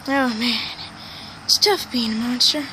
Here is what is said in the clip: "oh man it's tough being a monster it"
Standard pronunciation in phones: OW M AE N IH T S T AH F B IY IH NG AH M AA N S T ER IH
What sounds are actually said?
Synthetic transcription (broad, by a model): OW M AE N S T AH F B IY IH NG M AA N S T ER